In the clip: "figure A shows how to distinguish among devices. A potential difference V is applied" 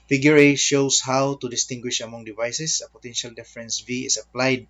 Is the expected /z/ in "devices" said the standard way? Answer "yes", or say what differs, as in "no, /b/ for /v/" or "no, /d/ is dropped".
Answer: no, /s/ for /z/